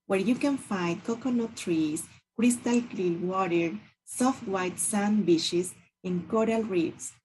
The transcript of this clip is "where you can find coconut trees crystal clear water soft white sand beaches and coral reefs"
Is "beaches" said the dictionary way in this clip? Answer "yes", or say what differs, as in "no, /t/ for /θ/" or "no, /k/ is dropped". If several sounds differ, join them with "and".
no, /ʃ/ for /tʃ/